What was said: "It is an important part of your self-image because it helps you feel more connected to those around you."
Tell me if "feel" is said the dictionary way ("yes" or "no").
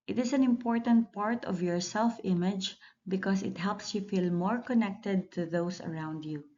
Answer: yes